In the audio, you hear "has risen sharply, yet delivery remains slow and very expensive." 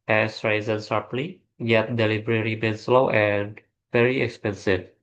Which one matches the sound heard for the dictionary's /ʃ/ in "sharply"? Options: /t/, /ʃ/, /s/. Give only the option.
/s/